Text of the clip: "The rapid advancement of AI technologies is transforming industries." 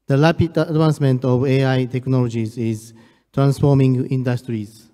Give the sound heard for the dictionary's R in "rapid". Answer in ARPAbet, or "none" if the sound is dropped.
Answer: L